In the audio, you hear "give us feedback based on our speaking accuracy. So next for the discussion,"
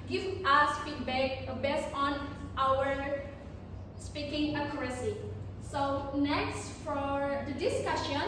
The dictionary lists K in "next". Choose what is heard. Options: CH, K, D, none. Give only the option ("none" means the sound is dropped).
K